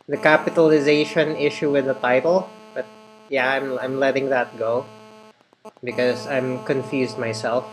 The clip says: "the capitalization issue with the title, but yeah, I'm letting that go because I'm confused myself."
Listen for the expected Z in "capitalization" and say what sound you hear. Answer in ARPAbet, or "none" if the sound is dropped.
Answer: Z